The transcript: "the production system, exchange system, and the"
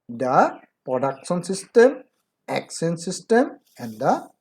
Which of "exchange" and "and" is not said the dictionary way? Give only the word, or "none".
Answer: exchange